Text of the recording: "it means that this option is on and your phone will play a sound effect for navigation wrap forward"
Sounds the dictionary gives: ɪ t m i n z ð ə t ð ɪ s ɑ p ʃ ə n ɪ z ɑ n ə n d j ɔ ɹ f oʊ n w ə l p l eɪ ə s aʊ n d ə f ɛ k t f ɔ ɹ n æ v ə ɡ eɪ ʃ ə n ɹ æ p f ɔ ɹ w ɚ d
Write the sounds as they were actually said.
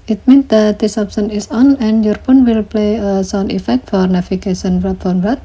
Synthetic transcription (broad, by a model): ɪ t m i n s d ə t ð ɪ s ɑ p s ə n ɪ s ɑ n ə n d j ɔ ɹ p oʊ n w ə l p l eɪ ə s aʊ n ə f ɛ k t f ɔ ɹ n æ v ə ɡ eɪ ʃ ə n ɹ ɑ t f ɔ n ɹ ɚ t